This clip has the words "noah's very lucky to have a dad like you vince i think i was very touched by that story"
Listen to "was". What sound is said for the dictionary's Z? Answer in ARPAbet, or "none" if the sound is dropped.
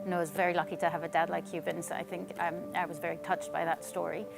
Z